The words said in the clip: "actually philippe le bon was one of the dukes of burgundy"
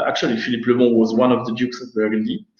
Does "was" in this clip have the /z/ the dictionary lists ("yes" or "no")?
yes